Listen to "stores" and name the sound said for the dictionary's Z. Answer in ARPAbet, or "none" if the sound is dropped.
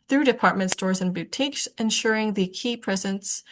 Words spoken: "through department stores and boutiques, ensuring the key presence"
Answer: Z